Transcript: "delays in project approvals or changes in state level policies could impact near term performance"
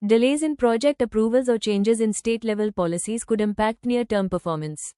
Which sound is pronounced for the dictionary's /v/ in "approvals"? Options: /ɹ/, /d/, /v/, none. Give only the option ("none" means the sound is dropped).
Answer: /v/